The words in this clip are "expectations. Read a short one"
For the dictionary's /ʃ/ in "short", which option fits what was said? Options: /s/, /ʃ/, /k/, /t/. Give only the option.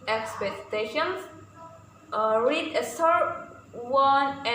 /s/